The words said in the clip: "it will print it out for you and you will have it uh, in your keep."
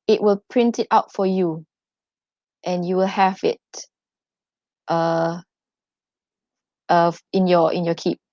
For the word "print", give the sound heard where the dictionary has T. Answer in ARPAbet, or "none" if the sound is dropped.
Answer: T